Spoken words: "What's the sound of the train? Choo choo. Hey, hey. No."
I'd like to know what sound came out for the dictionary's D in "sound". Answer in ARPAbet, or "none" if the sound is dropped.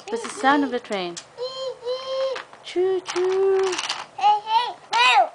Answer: none